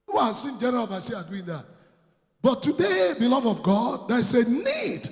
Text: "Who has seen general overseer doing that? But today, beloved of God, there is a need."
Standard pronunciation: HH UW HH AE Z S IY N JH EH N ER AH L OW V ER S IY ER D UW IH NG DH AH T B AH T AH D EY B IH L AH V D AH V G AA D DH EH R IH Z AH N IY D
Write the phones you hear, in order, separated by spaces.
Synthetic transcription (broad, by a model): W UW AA S IY N JH EH N ER AH L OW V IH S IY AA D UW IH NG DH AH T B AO T AH D EY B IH L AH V AH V G AA D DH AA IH S AH N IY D